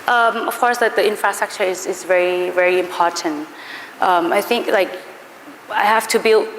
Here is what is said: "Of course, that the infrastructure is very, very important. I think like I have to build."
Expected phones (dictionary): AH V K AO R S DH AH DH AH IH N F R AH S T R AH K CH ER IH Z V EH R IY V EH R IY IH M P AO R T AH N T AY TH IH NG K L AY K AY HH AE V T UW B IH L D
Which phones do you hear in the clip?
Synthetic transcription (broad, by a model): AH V K AO R S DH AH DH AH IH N F R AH S T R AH K CH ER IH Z V EH R IY V EH R IY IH M P AO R T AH N T AY TH IH NG K L AY K AY HH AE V T UW B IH L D